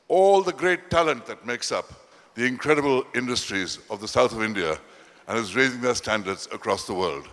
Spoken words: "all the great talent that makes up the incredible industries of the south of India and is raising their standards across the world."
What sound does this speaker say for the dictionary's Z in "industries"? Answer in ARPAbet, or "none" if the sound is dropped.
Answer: Z